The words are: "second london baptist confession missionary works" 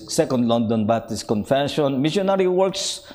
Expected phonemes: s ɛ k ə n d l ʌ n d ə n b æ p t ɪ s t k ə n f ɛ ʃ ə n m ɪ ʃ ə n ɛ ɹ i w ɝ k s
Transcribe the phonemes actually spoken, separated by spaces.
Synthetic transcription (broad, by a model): s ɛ k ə n d l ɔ n d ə n b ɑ t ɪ s k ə n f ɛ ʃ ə n m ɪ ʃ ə n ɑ ɹ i w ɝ k s